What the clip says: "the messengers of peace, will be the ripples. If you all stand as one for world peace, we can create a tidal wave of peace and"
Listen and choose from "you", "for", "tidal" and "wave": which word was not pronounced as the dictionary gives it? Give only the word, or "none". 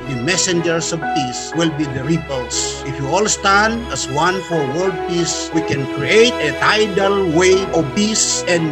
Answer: wave